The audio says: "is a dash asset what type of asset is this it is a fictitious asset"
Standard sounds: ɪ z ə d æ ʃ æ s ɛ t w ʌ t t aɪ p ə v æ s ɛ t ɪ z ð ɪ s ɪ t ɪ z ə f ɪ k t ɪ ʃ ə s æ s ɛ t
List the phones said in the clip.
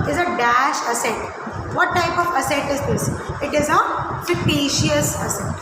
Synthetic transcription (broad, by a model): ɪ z ə d æ ʃ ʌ s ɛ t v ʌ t t aɪ p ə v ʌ s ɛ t ɪ z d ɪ s ɪ t ɪ z ə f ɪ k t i ʃ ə s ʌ s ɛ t